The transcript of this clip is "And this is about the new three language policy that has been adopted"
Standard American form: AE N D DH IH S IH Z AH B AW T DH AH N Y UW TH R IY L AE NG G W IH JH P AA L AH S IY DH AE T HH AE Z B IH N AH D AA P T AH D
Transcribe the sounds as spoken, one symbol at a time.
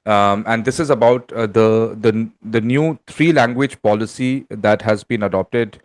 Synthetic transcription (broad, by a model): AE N D IH S IH Z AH B AW T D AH N Y UW T R IY L AE NG G W IH JH P AA L AH S IY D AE T HH AE Z B IH N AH D AA P T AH D